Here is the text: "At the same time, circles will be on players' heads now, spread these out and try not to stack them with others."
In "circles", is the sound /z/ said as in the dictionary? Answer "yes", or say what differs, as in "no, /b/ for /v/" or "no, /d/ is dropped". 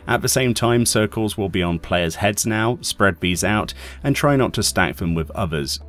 yes